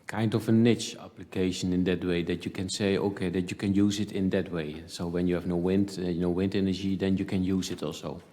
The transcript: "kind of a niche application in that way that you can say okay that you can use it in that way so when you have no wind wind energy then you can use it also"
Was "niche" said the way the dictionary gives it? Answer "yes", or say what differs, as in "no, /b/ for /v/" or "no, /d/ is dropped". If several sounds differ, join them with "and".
yes